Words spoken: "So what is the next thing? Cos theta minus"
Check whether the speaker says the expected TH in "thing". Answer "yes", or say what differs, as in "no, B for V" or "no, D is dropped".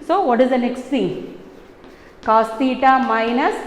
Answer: no, S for TH